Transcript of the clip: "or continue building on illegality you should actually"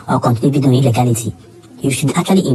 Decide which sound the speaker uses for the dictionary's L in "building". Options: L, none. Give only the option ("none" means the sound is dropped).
none